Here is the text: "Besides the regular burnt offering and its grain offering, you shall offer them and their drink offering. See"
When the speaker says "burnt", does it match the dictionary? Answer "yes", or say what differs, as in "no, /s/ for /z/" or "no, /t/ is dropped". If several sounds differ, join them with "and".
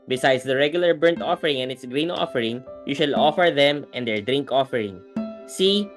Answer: yes